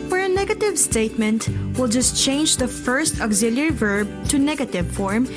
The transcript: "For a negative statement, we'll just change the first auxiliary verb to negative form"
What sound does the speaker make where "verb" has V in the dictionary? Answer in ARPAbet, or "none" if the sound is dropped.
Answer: V